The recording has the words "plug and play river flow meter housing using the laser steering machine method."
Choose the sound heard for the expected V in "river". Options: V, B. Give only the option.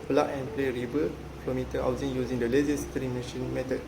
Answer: B